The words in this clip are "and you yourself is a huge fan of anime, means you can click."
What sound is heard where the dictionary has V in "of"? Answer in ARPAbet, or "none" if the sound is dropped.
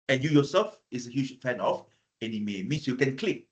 F